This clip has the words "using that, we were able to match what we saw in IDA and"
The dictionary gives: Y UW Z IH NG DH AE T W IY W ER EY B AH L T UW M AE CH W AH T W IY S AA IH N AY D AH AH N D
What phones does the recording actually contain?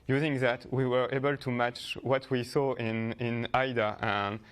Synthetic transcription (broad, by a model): Y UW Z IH NG DH AE T W IY W ER EY B AH L T UW M AE CH W AH T W IY S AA IH N AY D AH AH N